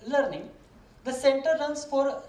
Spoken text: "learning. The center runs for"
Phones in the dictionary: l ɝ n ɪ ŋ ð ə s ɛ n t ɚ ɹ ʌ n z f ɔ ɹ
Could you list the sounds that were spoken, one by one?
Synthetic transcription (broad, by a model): l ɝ n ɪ ŋ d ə s ɛ n t ɚ l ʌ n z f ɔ ɹ